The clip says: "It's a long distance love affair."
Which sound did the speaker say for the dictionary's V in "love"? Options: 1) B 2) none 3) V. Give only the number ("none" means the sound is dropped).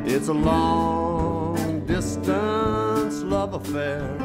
3